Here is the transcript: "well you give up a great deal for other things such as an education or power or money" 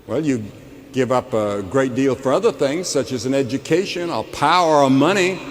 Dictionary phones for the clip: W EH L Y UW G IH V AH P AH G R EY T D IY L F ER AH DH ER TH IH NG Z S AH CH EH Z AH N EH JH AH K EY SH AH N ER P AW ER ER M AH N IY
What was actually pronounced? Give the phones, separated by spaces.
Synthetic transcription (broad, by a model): W EH L Y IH G IH V AH P AH G R EY T D IY L F ER AH DH ER TH IH NG Z S AH CH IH Z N EH JH AH K EY SH AH N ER P AW ER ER M AH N IY